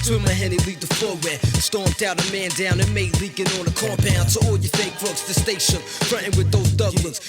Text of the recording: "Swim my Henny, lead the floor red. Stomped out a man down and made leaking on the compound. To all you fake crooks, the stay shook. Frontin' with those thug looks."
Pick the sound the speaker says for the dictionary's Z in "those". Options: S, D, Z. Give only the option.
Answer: Z